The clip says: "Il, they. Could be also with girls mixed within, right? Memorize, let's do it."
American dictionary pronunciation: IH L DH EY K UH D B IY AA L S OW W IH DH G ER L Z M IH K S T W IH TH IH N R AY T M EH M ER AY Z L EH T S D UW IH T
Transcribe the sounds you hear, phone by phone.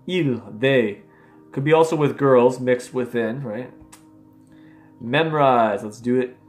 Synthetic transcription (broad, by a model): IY L DH EY K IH D B IY AA L S OW W IH DH G ER L Z M IH K S T W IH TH IH N R AY T M EH M ER AY Z L EH T S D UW IH T